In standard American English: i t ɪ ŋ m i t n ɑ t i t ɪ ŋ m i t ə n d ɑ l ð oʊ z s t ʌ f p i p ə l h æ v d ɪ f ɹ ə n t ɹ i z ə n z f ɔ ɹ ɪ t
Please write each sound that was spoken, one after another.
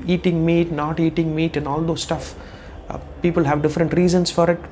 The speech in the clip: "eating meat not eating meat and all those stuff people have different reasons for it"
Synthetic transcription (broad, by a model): i t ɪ ŋ m i t n ɑ t i t ɪ ŋ m i t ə n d ɑ l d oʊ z s t ʌ f p i p ə l h æ v d ɪ f ɹ ə n t ɹ i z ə n s f ɔ ɹ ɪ t